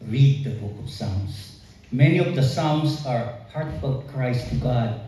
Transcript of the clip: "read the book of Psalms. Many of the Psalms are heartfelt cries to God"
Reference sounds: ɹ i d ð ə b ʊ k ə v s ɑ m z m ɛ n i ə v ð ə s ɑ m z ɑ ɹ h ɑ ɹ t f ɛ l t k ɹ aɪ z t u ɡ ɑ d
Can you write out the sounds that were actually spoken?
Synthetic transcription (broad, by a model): ɹ i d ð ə b ʊ k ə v s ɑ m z m ɛ n i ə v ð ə s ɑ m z ɑ ɹ h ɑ ɹ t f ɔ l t k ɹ aɪ s t u ɡ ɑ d